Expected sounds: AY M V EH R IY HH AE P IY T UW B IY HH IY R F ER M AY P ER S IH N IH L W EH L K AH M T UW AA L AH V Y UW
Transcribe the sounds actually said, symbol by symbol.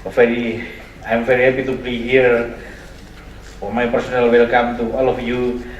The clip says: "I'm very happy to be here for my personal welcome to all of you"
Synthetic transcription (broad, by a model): AY M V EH R IY HH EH P IY T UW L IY HH IY R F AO M AY P ER S IH N IH L W EH L K AH M T UW AA L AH F Y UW